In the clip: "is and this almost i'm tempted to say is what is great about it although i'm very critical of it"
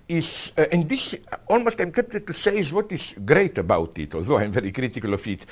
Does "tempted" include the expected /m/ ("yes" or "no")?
no